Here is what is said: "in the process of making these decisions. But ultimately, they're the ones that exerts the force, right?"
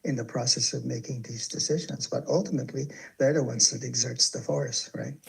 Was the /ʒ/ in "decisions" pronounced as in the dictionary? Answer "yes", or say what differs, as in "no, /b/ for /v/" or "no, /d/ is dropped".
yes